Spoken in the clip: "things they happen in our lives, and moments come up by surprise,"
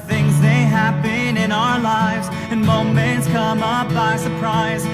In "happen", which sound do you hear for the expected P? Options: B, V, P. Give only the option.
B